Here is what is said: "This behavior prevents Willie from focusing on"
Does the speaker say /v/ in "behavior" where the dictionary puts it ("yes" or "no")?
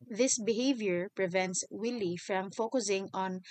yes